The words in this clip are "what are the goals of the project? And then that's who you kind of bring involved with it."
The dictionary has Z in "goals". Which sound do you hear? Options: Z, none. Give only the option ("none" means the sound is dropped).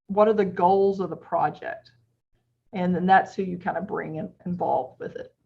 Z